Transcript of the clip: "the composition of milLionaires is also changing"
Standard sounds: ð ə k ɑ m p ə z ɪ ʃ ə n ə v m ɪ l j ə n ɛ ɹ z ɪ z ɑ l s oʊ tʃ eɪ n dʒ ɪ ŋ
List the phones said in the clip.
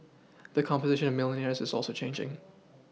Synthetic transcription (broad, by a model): ð ə k ɑ m p ə z ɪ ʃ ə n ə v m ɪ l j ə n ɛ ɹ z ɪ z ɑ l s oʊ tʃ eɪ n dʒ ɪ ŋ